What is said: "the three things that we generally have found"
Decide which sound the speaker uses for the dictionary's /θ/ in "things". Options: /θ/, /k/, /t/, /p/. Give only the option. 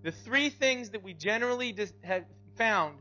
/θ/